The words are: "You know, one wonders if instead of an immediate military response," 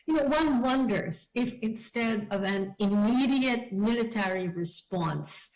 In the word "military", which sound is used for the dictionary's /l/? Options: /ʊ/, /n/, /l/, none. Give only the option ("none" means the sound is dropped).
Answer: /l/